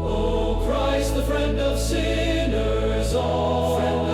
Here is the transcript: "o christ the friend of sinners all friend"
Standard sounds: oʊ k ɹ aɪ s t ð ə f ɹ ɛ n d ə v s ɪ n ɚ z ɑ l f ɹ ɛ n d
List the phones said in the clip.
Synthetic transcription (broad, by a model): oʊ k ɹ aɪ s t ð ə f ɹ ɛ n d ə v s ɪ n ɚ z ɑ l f